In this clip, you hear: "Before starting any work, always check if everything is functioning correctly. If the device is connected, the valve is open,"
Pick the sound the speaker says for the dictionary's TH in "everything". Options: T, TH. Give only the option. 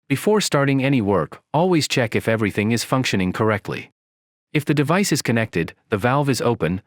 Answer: TH